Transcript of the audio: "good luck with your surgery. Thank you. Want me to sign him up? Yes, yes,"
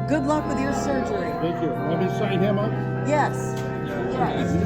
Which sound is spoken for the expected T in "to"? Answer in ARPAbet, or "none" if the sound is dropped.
S